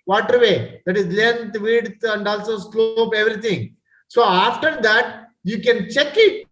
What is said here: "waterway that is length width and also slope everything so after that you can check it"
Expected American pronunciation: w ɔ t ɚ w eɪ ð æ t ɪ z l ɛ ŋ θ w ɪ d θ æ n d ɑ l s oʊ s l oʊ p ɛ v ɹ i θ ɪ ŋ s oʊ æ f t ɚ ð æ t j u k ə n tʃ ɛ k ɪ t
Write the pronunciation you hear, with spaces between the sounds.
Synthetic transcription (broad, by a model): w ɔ t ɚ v eɪ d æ t ɪ z l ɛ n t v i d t æ n d ɑ l s oʊ s l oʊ p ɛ v ɹ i t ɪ ŋ s oʊ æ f t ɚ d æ t j u k ə n tʃ ɛ k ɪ t